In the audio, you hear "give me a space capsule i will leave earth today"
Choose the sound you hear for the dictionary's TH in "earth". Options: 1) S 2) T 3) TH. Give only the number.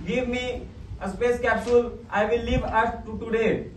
1